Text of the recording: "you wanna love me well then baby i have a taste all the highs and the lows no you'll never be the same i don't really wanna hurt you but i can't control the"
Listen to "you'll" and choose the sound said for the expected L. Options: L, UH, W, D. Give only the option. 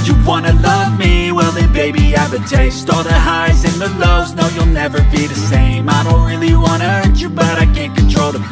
L